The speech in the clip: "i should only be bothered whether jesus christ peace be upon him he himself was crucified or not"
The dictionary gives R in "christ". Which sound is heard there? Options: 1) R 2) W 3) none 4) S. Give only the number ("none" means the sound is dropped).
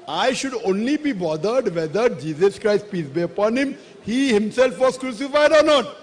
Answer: 1